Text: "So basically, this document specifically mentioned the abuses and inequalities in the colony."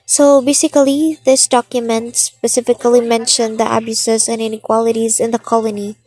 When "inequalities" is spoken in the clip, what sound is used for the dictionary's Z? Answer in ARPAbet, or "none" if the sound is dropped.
Z